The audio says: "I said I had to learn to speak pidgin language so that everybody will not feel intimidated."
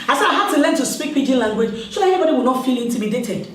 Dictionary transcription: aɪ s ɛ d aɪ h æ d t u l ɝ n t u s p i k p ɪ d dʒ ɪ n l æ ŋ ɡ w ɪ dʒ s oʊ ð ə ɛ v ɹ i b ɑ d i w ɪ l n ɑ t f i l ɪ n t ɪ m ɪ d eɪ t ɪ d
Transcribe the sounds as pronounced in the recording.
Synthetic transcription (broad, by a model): aɪ s ɛ d aɪ h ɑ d t u l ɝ n t u s p i k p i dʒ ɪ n l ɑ ŋ ɡ w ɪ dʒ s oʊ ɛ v i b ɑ d i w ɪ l n ɑ t f i l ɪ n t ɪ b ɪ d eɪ t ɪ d